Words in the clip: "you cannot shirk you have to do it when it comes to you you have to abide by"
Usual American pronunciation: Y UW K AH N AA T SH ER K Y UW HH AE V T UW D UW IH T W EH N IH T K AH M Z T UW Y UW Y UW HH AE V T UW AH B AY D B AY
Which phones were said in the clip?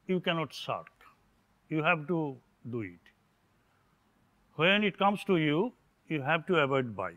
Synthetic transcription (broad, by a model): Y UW K AH N AA T S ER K Y UW HH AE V T UW D UW IH T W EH N IH T K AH M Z T UW Y UW Y UW HH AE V T UW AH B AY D B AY